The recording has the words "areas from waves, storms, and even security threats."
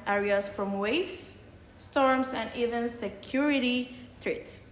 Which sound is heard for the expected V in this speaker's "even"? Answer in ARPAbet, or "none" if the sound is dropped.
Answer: V